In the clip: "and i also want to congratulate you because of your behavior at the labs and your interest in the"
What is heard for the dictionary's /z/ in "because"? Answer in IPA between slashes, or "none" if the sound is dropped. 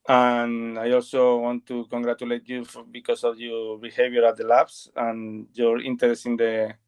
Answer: /s/